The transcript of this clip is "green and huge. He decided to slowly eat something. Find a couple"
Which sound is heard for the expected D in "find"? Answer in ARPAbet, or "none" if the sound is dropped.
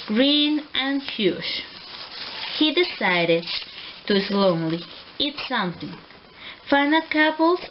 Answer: none